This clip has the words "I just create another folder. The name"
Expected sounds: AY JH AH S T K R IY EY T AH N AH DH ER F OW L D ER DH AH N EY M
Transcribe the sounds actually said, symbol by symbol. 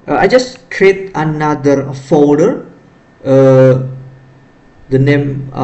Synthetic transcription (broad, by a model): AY JH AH S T K R IY EY T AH N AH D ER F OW D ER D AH N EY M